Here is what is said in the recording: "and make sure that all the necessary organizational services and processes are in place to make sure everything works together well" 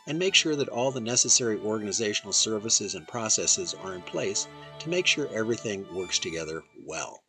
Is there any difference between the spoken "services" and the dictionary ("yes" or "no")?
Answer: no